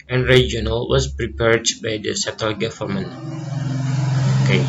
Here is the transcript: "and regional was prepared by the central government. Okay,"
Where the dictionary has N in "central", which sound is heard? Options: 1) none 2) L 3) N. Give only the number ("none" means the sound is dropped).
1